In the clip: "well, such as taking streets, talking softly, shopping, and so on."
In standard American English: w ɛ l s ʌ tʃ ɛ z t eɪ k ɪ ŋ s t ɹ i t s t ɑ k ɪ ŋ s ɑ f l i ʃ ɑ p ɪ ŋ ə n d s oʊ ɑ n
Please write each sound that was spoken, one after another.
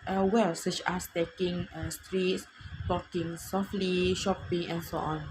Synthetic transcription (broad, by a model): w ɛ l s ʌ tʃ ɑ s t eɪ k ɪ ŋ s t ɹ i t s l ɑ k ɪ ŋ s ɑ f l i ʃ ɑ p ɪ ŋ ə n s oʊ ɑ n